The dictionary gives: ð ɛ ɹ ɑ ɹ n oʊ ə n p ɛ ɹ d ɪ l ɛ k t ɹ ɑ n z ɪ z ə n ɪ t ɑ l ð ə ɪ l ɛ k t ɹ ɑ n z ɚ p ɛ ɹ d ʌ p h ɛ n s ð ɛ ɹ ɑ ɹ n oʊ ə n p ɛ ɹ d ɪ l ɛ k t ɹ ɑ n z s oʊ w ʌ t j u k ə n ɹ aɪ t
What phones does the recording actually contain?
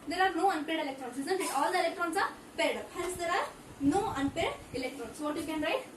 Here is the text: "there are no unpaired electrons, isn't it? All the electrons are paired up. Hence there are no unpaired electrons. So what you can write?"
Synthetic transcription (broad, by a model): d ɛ ɹ ɑ ɹ n oʊ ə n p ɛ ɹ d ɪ l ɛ k t ɹ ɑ n s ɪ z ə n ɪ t ɑ l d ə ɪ l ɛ k t ɹ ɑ n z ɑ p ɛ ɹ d ʌ p h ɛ l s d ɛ ɹ ɑ ɹ n oʊ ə n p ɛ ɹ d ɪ l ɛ k t ɹ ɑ n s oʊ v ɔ t j u k ə n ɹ aɪ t